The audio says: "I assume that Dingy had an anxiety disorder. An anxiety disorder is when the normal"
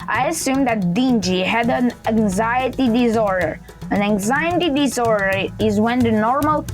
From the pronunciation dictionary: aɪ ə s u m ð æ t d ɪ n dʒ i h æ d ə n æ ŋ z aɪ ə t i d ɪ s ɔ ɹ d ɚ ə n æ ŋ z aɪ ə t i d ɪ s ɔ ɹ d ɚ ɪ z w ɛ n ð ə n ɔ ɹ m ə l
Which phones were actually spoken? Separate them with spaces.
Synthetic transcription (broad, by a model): aɪ ə s u m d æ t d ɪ n dʒ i h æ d ə n æ ŋ z aɪ ə t i d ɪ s ɔ ɹ d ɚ ə n æ ŋ z aɪ ə t i d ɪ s ɔ ɹ d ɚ ɪ z w ɛ n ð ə n ɔ ɹ m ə l